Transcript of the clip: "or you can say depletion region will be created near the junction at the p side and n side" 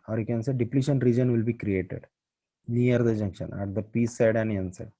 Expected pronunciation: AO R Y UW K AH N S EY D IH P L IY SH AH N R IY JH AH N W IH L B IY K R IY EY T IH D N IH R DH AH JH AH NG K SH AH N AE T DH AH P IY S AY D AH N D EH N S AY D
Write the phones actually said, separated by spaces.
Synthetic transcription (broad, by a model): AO R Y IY K AH N S EY D IH P L IY SH AH N R IY JH AH N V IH L B IY K R IY EY T IH D N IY R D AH JH AH NG K SH AH N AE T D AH P IY S AY D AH N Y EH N S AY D